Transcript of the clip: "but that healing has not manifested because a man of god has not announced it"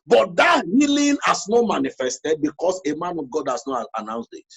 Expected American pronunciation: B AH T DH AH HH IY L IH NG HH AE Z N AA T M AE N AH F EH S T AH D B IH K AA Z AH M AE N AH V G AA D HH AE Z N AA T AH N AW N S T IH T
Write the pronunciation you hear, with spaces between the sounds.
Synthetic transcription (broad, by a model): B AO T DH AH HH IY L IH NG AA S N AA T M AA N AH F EH S T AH D B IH K AA S AH M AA N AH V G AA D HH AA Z N AA T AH N AW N S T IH T